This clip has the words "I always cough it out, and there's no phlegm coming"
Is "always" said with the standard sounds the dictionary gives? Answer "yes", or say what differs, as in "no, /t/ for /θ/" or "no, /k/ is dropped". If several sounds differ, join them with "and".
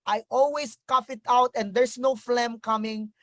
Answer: no, /s/ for /z/